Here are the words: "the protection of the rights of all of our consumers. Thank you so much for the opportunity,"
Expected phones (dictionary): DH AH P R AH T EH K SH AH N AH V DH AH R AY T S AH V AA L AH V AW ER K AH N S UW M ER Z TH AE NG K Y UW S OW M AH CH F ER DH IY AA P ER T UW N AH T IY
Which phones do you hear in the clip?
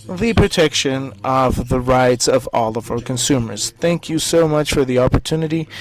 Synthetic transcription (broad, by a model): DH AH P R AH T EH K SH AH N AH V DH AH R AY T S AH V AA L AH V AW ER K AH N S UW M ER Z TH AE NG K Y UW S OW M AH CH F ER DH IY AA P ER T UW N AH T IY